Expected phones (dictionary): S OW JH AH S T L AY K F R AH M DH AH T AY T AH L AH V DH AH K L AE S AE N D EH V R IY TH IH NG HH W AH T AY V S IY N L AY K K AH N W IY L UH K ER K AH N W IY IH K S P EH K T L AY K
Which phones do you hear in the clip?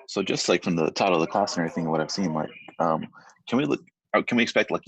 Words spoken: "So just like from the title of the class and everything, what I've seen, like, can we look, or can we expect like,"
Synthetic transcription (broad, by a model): S OW JH AH S T L AY K F R AH M DH AH T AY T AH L AH V DH AH K L AE S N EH R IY TH IH NG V W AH T AY V S IY N L AY K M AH N W IY L UH K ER K AH N W IY IH K S P EH K T L AY K